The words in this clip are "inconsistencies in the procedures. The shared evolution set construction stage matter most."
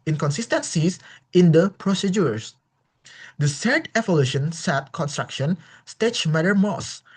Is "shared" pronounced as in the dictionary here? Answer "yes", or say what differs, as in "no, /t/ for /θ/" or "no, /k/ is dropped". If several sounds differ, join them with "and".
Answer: no, /s/ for /ʃ/